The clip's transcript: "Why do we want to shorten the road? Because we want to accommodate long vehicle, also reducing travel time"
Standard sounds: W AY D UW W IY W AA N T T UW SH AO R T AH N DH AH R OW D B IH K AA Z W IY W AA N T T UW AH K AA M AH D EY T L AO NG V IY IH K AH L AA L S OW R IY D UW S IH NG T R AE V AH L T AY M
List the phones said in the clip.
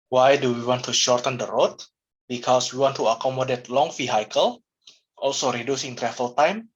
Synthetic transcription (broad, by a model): W AY D UW W IY W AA N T T UW SH AO R T AH N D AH R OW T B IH K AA S W IY W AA N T T UW AH K AA M AH D EY T L AO NG F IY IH K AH L AA L S OW R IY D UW S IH NG T R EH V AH L T AY M